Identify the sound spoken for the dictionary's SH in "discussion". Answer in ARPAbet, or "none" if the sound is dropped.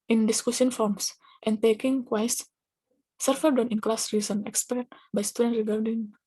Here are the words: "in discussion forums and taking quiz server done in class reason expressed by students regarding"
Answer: S